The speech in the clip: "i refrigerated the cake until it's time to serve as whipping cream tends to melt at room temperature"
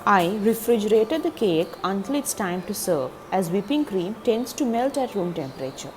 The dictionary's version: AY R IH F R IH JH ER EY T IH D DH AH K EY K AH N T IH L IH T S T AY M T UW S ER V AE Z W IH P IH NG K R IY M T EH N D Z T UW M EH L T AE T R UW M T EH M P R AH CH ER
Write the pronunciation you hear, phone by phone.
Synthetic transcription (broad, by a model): AY R IH F R IH JH ER EY T IH D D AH K EY K AH N T IH L IH T S T AY M T UW S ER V AE Z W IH P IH NG K R IY M T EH N D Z T UW M EH L T AE T R UW M T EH M P R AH CH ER